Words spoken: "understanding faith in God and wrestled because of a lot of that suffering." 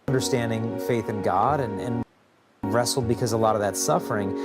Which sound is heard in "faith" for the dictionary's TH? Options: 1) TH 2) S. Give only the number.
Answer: 1